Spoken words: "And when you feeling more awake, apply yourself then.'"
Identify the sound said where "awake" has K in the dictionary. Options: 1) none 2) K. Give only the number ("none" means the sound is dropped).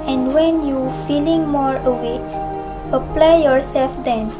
1